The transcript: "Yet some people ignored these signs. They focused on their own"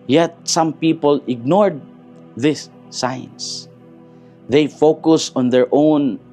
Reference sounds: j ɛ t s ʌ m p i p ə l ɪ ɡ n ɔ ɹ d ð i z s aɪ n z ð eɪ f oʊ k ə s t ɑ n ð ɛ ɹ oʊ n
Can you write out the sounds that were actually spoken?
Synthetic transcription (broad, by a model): j ɛ t s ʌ m p i p ə l ɪ ɡ n ɔ ɹ d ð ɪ s aɪ n s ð eɪ f oʊ k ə s ɑ n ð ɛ ɹ oʊ n